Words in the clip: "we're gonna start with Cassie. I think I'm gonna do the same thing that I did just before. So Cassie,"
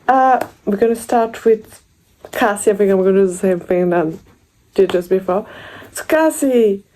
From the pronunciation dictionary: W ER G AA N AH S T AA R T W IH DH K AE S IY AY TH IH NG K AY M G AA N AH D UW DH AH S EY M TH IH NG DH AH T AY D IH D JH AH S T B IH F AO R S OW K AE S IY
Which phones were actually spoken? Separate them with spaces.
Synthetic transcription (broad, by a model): W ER G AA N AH S T AA R T W IH DH K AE S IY AY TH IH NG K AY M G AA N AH D UW DH AH S EY M TH IH NG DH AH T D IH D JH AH S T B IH F AO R S OW K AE S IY